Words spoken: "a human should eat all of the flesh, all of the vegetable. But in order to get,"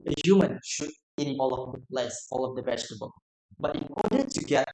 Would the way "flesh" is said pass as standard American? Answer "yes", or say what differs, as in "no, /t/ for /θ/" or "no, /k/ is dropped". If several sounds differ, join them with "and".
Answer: no, /s/ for /ʃ/